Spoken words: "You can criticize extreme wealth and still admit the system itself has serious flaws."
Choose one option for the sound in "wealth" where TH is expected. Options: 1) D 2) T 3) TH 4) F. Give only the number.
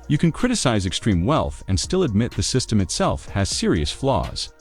3